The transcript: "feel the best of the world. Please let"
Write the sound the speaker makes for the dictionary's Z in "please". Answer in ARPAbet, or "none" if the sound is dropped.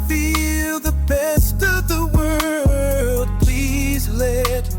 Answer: Z